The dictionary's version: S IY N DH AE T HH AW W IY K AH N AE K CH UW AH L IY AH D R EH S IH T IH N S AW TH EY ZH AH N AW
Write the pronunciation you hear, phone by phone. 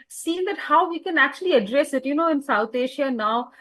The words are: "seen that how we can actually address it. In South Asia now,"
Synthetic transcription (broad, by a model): S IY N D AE T HH AW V IY K AH N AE K CH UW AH L IY AH D R EH S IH T IH N S AW T EY SH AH N AW